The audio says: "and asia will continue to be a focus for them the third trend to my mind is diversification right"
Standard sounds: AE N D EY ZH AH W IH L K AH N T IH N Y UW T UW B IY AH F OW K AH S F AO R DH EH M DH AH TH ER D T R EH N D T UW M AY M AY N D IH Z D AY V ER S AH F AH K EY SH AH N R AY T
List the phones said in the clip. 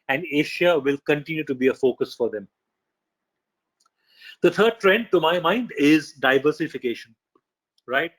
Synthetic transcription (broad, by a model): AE N D EY SH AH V IH L K AH N T IH N Y UW T UW B IY AH F OW K AH S F AO R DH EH M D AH T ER D T R EH N D T UW M AY M AY N D IH Z D AY V ER S AH F AH K EY SH AH N R AY T